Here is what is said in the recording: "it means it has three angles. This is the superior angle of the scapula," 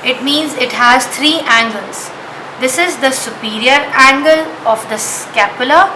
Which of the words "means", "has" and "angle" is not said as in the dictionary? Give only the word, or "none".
none